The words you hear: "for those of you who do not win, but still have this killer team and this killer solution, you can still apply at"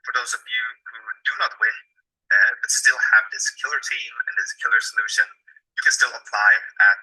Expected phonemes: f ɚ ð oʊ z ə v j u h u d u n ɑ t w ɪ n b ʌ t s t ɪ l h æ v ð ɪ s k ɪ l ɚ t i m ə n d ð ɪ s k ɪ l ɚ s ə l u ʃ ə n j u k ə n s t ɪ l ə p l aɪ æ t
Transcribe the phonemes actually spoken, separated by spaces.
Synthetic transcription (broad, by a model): f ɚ ð oʊ z ə v j u h u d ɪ n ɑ t w ɪ n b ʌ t s t ɪ l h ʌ v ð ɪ s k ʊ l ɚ t i m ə n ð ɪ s k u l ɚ s ə l u ʃ ə n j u k ə n s t ɪ l ə p l aɪ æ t